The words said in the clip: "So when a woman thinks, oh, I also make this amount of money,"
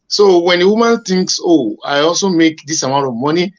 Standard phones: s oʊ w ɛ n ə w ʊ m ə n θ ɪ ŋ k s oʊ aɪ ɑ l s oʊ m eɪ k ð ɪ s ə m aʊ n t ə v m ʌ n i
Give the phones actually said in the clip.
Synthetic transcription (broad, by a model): s oʊ w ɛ n ə w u m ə n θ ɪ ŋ k s oʊ aɪ ɑ l s oʊ m eɪ k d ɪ s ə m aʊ t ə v m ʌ n i